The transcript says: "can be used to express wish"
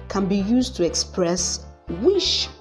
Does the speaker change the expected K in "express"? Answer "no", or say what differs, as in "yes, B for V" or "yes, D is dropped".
no